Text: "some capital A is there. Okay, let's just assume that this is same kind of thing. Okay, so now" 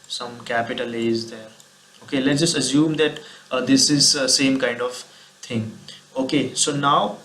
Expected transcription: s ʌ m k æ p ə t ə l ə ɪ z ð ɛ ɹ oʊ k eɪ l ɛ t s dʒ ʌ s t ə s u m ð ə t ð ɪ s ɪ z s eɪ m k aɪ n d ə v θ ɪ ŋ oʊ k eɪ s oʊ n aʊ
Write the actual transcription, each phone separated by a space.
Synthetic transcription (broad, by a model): s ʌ m k æ p ə t ə l ə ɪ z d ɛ ɹ oʊ k eɪ l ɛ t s dʒ ʌ s t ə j u m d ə t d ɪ s ɪ z s eɪ m k aɪ n d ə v t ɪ ŋ oʊ k eɪ s oʊ n aʊ